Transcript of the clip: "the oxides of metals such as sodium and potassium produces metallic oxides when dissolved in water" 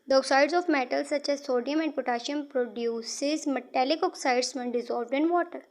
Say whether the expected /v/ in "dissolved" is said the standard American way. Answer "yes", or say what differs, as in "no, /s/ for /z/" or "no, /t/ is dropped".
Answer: yes